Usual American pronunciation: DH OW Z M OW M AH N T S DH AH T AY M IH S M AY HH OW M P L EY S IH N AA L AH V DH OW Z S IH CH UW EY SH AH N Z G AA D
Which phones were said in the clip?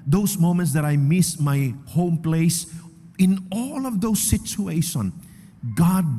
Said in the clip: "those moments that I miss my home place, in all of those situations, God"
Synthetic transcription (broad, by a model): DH OW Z M OW M AH N T S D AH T AY M IH S M AY HH OW M P L EY S IH N AA L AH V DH OW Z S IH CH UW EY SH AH N G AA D